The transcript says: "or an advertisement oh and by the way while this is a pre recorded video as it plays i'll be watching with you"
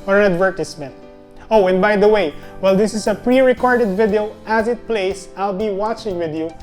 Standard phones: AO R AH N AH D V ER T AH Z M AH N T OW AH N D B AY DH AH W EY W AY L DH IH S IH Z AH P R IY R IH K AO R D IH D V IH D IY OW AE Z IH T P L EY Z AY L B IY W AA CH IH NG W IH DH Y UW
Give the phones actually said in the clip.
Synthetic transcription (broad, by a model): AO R AH N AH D V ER T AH S M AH N T OW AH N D B AY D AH W EY W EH L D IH S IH S AH P R IY R IH K AO R D IH D V IH D IY OW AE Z IH T P L EY S AY L B IY W AA CH IH NG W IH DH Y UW